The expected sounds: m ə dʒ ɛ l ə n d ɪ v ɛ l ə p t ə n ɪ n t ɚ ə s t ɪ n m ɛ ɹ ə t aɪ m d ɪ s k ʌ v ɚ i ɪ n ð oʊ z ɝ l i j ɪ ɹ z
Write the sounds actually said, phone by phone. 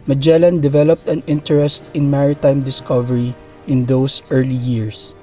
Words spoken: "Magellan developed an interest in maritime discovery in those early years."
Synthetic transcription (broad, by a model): m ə dʒ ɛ l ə n d ɪ v ɛ l ə p t ə n ɪ n t ɚ ə s t ɪ n m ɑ ɹ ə t aɪ m d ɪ s k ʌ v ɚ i ɪ n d oʊ s ɝ l i j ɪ ɹ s